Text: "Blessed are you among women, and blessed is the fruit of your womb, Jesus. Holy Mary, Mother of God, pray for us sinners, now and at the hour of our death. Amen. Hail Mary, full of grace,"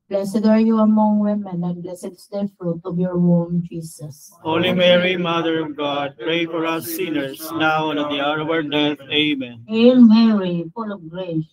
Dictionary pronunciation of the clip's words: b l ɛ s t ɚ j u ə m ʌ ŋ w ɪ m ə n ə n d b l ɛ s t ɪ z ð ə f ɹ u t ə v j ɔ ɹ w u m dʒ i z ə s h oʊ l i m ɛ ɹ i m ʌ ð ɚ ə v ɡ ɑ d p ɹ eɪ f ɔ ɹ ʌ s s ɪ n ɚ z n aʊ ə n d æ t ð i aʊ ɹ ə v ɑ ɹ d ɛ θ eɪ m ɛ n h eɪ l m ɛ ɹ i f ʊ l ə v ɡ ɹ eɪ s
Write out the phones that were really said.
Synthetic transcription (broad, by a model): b l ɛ s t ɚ j u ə m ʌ ŋ w ɪ m ə n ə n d b l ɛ s ɪ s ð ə f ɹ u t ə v j ɔ ɹ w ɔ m dʒ i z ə s h oʊ l i m ɛ ɹ i m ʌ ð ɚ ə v ɡ ɑ d p ɹ eɪ f ɔ ɹ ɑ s s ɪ n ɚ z n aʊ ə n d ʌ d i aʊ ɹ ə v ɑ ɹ d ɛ t eɪ m ɛ n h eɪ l m ɛ ɹ i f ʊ l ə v ɡ ɹ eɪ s